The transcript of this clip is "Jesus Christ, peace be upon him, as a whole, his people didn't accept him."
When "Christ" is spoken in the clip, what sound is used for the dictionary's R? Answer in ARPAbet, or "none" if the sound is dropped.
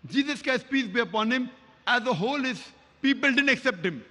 none